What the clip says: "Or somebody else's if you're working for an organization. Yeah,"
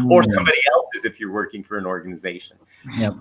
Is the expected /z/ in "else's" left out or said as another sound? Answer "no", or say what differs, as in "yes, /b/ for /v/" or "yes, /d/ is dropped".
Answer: no